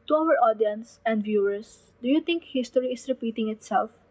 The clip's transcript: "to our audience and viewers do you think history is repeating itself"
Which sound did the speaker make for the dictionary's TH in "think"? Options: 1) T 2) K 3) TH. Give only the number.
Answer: 1